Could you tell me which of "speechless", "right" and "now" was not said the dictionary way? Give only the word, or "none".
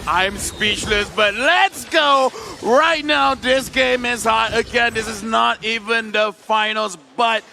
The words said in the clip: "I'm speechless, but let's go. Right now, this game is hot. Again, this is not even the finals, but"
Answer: none